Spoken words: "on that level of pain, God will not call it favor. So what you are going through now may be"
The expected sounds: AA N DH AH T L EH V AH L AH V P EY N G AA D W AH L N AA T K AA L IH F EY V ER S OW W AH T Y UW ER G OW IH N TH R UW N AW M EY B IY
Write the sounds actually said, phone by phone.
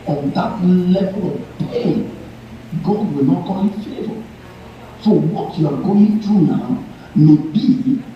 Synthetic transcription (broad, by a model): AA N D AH T L EH V AH L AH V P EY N G AA D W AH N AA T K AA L IH F EY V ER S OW W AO T Y UW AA G OW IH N T R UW N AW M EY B IY